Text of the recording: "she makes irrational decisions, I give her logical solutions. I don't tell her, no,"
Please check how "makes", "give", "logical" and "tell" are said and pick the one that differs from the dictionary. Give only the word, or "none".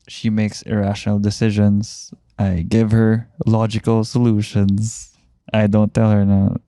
none